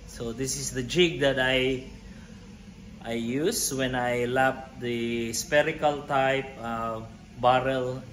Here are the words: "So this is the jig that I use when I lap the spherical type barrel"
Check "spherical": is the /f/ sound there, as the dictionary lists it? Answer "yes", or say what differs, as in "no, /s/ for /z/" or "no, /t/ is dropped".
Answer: no, /p/ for /f/